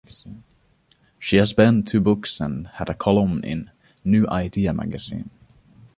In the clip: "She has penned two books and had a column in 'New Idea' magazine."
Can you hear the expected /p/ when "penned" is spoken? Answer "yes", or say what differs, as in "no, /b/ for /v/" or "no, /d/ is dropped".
no, /b/ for /p/